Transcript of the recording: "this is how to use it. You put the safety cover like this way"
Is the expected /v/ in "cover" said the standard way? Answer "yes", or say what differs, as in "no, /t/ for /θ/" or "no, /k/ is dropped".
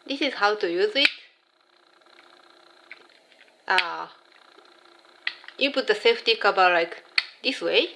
no, /b/ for /v/